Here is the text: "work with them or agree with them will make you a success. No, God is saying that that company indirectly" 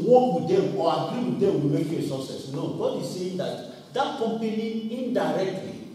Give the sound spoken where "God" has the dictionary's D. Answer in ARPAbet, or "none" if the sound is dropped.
D